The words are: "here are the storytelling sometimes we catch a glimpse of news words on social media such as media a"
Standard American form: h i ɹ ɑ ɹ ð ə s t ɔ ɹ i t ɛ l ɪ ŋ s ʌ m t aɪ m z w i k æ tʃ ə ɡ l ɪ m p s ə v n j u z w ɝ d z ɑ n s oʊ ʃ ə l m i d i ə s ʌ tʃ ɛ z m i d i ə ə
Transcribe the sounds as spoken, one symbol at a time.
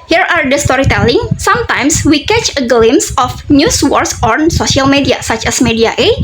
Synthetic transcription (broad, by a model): h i ɹ ɑ ɹ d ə s t ɔ ɹ i t ɛ l ɪ ŋ s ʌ m t aɪ m s w i k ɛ tʃ ə ɡ l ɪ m s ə f n j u s w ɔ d s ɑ n s oʊ s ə l m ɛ d i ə s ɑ tʃ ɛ s m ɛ d i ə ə